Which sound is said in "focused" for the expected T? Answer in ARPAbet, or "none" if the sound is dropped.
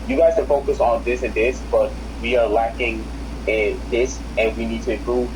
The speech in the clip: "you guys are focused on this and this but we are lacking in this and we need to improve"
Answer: none